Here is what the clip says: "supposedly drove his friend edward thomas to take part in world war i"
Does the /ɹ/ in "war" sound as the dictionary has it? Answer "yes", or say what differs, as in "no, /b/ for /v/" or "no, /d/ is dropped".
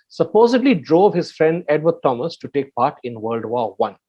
no, /w/ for /ɹ/